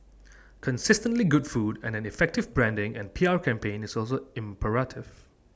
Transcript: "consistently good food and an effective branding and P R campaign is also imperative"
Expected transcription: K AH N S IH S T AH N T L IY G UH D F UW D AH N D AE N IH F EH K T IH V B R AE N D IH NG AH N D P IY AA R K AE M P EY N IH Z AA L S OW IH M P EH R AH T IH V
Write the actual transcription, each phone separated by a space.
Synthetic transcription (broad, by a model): K AH N S IH S T AH N T L IY G UH D F UW D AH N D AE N IH F EH K T IH V B R AE N D IH NG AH N P IY AA R K AE M P EY N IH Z AA L S OW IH M P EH R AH T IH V